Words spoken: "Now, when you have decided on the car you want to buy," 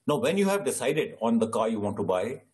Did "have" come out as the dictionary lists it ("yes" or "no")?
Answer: yes